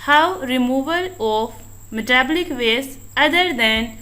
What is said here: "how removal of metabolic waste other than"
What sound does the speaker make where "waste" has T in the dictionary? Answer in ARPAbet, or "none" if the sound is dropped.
none